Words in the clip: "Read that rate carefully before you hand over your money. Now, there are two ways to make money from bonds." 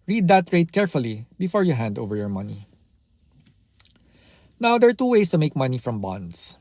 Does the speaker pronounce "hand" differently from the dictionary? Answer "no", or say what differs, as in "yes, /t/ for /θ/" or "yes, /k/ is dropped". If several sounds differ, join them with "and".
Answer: no